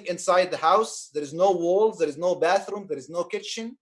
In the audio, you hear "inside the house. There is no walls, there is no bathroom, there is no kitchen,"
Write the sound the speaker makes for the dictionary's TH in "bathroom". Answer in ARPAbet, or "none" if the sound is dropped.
TH